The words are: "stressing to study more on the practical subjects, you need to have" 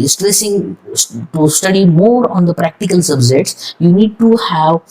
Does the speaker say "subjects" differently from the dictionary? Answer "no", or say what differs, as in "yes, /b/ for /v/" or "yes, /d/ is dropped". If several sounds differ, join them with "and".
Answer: yes, /k/ is dropped